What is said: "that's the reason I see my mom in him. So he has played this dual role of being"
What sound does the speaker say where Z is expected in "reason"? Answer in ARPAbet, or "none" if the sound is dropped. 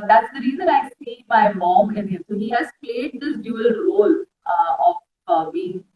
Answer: Z